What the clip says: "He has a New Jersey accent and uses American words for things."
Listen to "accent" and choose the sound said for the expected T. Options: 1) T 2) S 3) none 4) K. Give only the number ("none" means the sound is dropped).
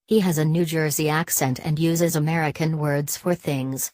1